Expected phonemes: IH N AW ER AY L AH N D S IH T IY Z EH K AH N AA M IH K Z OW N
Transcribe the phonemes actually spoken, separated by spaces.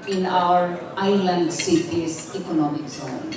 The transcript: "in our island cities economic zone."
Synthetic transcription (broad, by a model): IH N AW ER AY L AH N D S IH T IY S EH K AH N AA M IH K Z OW N